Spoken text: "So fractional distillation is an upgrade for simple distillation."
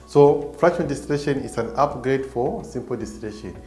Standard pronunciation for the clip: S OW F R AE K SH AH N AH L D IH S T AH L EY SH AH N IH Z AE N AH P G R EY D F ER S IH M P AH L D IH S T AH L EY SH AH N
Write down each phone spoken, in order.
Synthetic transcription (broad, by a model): S OW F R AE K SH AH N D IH S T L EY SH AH N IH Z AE N AH P G R EY D F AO S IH M P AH L D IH S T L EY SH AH N